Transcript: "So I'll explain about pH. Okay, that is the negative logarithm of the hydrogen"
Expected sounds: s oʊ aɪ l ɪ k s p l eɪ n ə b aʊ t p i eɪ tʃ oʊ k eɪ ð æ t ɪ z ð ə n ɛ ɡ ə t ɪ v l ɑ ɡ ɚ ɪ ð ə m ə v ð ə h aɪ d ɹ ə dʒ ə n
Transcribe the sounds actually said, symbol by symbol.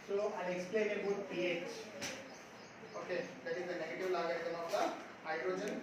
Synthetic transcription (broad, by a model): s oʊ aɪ n ɪ k s p l eɪ n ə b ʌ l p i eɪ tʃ oʊ k eɪ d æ t ɪ z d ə n ɛ ɡ ə t ɪ v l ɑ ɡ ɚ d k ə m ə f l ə h aɪ d ɹ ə dʒ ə n